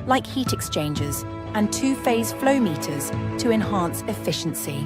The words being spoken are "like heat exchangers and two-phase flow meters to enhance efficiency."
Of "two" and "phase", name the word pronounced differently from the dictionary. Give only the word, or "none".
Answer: none